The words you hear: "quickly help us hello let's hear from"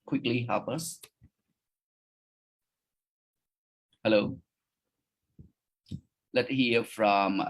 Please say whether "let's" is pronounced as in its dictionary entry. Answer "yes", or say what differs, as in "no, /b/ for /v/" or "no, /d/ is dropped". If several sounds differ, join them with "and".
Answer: no, /s/ is dropped